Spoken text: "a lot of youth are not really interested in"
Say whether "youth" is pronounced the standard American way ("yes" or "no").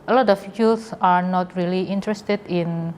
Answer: no